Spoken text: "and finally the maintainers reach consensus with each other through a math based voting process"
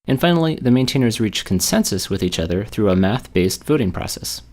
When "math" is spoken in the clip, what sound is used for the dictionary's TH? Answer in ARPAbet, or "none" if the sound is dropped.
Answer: TH